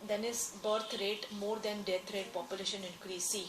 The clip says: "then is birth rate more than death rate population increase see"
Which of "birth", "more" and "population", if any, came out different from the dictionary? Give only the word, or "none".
birth